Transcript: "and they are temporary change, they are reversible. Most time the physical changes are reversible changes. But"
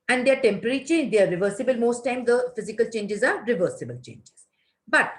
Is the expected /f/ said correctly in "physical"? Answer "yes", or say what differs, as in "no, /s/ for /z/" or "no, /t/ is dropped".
yes